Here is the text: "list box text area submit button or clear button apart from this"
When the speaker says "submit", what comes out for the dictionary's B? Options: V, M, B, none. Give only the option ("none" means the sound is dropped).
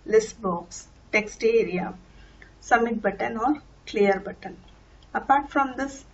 none